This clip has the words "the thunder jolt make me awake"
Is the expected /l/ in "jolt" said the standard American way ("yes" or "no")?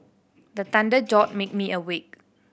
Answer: no